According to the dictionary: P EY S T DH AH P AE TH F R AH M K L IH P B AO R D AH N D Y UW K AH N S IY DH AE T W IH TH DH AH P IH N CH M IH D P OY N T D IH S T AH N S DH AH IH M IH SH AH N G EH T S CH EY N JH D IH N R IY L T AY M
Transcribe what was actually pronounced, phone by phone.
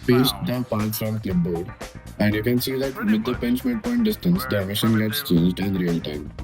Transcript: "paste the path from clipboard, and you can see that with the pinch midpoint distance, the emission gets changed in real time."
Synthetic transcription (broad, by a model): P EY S T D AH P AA T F R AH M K L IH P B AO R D AH N D Y UW K AH N S IY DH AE T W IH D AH P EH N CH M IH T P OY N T D IH S T AH N S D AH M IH SH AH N G EH T S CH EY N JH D IH N R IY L T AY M